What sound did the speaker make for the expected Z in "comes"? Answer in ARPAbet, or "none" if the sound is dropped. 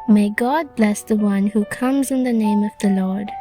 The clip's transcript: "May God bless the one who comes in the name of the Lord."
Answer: Z